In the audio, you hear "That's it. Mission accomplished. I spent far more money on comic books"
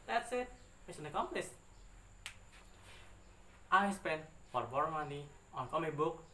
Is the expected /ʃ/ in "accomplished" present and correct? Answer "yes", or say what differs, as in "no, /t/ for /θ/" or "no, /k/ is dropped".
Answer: no, /s/ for /ʃ/